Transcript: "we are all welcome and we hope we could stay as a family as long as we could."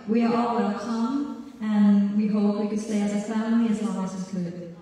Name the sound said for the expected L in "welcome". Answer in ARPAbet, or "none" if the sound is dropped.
none